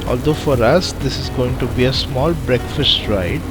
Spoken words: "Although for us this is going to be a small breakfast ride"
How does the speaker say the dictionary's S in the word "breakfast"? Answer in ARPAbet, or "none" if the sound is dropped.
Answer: S